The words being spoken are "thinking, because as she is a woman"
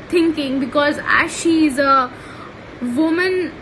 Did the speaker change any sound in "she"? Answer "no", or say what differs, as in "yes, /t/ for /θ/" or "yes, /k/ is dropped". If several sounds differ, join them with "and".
no